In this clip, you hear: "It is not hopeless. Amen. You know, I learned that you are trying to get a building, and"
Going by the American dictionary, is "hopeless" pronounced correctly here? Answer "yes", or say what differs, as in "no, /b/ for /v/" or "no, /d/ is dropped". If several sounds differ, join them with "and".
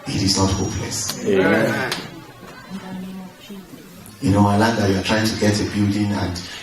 yes